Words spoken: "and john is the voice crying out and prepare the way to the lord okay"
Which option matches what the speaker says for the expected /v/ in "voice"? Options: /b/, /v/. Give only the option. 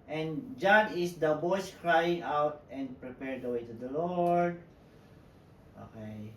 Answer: /b/